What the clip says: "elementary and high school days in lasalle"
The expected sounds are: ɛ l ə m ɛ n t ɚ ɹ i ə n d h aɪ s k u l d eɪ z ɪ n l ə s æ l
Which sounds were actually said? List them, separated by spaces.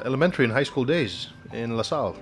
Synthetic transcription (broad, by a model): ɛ l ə m ɛ n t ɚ ɹ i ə n h aɪ s k u l d eɪ z ɪ n l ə s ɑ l